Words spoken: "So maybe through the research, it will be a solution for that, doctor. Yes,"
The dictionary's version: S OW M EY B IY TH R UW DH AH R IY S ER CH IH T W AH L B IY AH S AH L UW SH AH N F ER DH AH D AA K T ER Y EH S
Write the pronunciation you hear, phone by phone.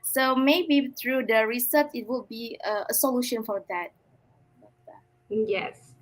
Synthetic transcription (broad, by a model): S OW M EY B IY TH R UW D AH R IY S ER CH IH T W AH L B IY AH S AH L UW SH AH N F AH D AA T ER Y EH S